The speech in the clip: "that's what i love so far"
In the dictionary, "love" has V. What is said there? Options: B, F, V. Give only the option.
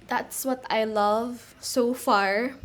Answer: V